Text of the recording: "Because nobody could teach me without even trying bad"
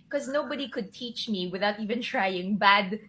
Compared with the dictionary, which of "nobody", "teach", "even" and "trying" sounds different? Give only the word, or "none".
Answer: none